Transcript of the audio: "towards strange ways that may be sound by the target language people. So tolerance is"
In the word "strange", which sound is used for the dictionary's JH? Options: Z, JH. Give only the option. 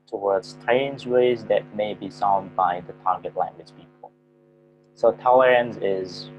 Z